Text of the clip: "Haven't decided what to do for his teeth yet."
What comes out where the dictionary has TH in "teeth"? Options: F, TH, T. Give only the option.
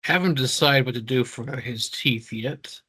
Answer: TH